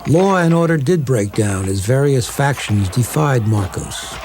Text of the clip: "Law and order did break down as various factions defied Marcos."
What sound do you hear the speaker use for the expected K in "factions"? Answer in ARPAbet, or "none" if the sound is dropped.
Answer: K